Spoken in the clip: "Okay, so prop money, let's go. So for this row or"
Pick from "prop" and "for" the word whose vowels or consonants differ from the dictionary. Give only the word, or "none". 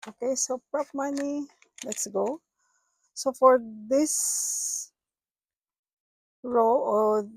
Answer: none